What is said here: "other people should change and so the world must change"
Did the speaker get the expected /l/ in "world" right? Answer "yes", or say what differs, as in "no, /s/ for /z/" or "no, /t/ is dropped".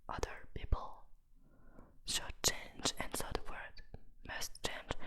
no, /l/ is dropped